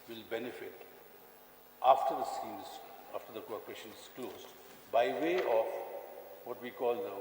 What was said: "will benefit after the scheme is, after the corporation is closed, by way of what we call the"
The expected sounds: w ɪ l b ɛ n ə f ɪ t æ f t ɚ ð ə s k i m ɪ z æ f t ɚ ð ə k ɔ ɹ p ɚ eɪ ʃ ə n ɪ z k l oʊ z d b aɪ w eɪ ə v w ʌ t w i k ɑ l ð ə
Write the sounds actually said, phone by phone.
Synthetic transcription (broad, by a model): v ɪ l b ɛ n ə f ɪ t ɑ f t ɚ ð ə s i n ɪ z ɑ f t ɚ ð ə k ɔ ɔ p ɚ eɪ ʃ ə n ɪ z k l oʊ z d b aɪ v eɪ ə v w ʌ t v i k ɑ l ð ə